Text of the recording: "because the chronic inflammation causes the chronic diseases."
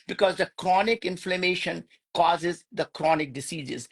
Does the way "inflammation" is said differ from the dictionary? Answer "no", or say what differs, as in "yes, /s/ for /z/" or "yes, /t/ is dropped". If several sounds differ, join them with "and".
no